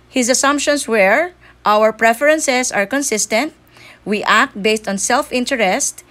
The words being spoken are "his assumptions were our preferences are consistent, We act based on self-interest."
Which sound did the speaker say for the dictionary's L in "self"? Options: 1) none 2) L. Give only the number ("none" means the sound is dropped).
2